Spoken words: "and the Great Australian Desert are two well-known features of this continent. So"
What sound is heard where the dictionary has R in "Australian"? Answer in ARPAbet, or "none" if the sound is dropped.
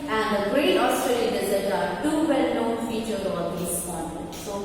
R